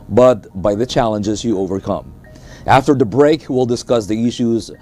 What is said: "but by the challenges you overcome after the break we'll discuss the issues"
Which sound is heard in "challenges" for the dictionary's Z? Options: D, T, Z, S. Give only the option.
Z